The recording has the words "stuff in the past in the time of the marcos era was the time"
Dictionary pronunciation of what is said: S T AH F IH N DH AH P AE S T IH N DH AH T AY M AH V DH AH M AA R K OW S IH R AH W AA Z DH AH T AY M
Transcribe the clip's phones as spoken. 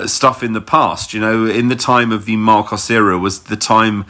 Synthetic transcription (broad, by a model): S T AH F IH N DH AH P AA S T IH N DH AH T AY M AH V DH AH M AA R K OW S IH R AH W AA Z DH AH T AY M